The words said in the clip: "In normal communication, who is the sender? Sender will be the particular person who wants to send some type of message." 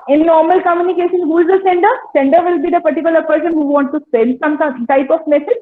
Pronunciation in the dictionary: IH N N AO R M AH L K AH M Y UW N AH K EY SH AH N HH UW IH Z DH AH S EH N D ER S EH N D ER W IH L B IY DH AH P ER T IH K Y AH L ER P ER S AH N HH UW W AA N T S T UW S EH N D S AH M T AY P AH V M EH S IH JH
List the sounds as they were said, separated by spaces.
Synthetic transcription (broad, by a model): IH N N AO R M AH L K AH M Y UW N AH K EY SH AH N HH UW IH Z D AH S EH N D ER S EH N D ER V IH L B IY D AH P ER T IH K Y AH L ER P ER S AH N HH UW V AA N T T UW S EH N D S AH M T AY P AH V M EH S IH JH